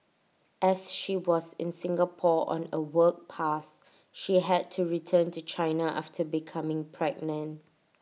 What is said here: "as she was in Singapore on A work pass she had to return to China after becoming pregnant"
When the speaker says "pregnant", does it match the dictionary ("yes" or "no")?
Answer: no